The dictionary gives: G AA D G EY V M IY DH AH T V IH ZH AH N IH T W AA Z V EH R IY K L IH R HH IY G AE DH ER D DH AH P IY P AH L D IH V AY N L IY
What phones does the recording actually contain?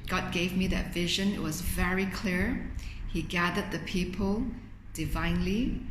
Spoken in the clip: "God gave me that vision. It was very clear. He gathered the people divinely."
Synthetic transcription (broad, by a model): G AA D G EY V M IY DH AH T V IH ZH AH N IH T W AA Z V EH R IY K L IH R HH IY G AE DH ER D DH AH P IY P AH L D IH V AY N L IY